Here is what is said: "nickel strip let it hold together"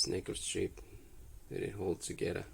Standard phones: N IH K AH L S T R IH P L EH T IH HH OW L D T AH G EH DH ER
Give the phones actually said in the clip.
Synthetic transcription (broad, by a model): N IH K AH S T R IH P W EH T IH HH OW L D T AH G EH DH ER